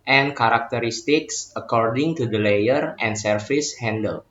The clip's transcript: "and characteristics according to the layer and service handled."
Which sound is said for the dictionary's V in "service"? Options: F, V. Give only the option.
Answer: F